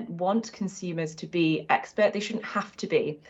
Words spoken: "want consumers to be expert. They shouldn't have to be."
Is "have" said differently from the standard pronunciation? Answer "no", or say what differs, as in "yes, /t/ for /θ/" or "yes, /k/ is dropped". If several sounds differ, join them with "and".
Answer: yes, /f/ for /v/